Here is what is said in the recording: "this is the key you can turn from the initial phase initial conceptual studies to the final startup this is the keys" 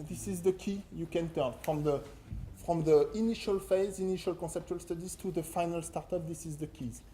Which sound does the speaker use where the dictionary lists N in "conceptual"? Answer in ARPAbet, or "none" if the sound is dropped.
N